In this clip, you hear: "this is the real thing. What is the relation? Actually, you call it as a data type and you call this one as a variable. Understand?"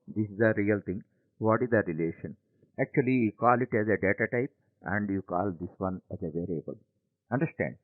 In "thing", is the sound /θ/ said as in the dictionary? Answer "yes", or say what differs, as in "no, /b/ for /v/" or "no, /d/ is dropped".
no, /t/ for /θ/